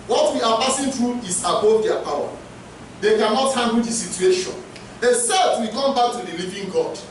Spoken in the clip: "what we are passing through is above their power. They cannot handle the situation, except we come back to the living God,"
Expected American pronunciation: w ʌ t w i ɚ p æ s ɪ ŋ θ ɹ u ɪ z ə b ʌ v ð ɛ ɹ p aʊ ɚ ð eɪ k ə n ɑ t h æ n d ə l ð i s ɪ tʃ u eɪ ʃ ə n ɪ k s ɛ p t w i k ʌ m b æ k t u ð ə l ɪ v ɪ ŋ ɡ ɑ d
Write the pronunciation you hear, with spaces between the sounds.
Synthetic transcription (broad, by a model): w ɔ t w i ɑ p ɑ s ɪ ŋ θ ɹ u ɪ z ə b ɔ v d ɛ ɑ p aʊ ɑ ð eɪ k ə n ɑ t h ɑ n d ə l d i s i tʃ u eɪ ʃ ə n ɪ s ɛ t w i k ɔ m b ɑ k t u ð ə l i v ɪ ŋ ɡ ɑ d